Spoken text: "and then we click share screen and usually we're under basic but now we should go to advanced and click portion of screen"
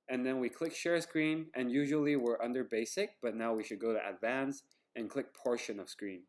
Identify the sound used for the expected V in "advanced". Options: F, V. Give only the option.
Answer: V